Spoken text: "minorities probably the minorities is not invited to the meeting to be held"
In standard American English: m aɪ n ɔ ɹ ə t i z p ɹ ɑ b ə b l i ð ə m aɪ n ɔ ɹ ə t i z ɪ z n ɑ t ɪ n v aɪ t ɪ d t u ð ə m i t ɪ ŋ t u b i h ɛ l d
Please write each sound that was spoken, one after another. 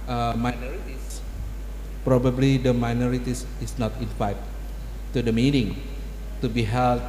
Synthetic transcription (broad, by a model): m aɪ n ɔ ɹ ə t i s p ɹ ɑ b ə b l i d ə m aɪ n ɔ ɹ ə t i s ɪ s n ɑ t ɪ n f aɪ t t u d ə m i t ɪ ŋ t u b i h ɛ l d